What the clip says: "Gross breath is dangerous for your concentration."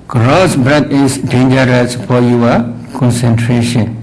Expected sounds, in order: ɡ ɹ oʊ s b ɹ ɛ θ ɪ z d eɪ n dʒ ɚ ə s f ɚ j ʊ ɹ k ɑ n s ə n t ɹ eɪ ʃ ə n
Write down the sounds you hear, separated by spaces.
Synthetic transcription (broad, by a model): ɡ ɹ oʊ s b ɹ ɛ t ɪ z d eɪ n dʒ ɚ ə s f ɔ j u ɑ k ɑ n s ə n t ɹ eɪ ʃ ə n